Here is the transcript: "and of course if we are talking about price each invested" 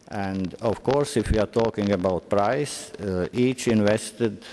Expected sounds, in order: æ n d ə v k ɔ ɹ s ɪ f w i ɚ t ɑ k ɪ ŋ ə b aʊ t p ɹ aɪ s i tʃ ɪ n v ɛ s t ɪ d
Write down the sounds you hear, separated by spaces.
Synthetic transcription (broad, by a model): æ n d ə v k ɔ ɹ s ɪ f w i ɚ t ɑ k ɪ ŋ ə b aʊ t p ɹ aɪ s i tʃ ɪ n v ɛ s t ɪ d